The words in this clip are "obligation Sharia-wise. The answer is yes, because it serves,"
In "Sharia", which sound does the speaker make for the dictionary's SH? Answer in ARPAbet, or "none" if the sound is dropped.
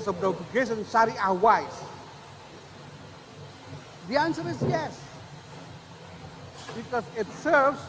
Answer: S